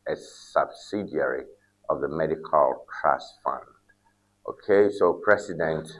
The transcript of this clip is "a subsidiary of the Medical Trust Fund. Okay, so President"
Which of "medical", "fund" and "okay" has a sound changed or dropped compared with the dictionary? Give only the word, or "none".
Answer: none